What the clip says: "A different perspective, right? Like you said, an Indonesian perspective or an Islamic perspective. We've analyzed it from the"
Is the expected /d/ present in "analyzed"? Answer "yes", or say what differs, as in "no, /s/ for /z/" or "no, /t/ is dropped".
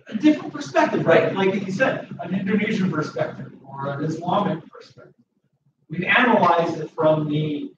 no, /d/ is dropped